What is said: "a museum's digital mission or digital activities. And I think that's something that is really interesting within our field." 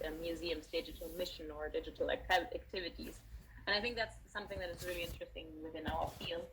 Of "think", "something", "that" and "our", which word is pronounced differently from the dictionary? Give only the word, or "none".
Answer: none